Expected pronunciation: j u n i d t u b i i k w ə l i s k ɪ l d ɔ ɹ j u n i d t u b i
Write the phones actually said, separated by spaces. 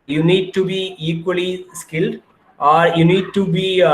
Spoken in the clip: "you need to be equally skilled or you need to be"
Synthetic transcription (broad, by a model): j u n i d t u b i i k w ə l i s k ɪ l d ɔ ɹ j u n i d t u b i